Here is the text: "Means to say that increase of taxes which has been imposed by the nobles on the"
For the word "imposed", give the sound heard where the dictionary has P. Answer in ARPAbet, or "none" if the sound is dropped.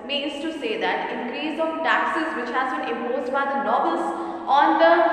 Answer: none